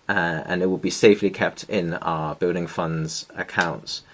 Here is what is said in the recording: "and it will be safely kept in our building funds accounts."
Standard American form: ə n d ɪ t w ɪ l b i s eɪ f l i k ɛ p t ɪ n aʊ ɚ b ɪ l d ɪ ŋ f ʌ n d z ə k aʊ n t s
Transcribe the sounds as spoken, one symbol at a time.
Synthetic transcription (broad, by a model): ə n ɪ t w ɪ l b i s eɪ f l i k ɛ p t ɪ n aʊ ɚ b ɪ l d ɪ ŋ f ʌ n d z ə k aʊ n t s